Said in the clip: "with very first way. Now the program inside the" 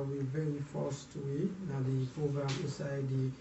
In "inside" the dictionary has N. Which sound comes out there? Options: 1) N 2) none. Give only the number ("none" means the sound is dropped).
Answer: 2